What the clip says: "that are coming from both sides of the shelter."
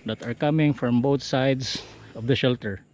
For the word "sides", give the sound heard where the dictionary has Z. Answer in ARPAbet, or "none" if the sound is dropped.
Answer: S